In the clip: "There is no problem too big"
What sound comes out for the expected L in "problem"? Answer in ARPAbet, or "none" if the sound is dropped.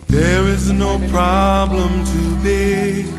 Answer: L